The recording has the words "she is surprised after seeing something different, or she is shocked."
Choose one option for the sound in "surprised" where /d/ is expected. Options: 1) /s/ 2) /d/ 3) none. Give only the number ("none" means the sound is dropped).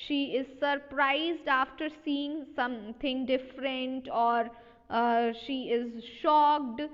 2